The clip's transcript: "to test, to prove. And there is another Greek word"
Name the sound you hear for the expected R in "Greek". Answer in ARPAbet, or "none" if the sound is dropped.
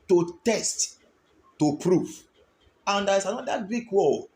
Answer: none